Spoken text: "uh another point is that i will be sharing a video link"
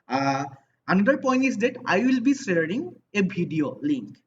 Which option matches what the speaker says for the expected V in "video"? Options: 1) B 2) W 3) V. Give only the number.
1